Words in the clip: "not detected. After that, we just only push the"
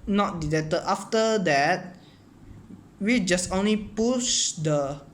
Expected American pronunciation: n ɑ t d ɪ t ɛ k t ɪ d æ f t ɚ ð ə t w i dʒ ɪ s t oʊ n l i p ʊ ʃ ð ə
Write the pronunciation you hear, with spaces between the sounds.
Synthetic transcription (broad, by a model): n ɑ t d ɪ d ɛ t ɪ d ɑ f t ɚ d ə t w i dʒ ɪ s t oʊ n l i p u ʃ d ə